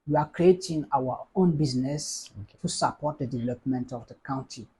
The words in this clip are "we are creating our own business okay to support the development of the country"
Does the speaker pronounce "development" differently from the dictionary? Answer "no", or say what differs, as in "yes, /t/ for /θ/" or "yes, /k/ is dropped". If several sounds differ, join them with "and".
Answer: no